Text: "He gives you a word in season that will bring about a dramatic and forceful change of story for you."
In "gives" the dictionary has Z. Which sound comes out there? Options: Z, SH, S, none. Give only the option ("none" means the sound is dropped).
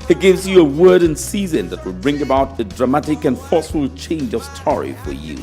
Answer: Z